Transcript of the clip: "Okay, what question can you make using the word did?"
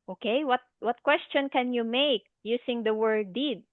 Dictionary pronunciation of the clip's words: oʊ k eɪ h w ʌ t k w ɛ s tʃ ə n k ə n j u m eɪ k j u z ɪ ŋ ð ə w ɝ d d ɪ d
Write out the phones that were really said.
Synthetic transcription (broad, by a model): oʊ k eɪ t w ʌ t k w ɛ s tʃ ə n k ə n j u m eɪ k j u s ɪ ŋ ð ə w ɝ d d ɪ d